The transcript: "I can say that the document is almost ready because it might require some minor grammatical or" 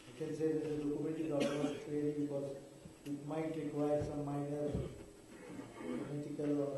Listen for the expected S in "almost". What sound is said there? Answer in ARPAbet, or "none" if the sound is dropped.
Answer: none